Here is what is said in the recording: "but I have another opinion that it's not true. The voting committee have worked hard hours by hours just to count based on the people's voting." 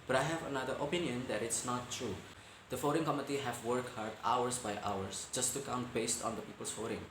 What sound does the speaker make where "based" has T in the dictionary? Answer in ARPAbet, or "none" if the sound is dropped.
T